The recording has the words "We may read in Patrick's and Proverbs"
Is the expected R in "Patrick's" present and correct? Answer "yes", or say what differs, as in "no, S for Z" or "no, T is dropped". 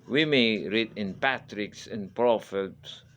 yes